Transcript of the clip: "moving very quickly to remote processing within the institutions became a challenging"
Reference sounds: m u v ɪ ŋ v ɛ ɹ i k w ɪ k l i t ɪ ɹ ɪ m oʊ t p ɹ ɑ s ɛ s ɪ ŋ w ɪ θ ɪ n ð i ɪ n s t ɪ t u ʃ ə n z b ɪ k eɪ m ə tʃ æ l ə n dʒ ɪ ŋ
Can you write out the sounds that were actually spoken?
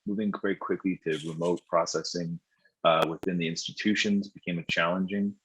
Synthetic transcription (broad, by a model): m u v ɪ ŋ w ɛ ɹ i k w ɪ k l i t ɪ ɹ ɪ m oʊ t p ɹ ɑ s ɛ s ɪ ŋ w ɪ θ ɪ n ð i ɪ n s t ɪ t u ʃ ə n z b ɪ k eɪ m ə tʃ æ l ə n dʒ ɪ ŋ